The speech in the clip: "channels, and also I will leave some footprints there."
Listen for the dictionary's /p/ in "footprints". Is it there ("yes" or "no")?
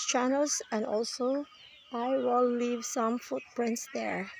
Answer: yes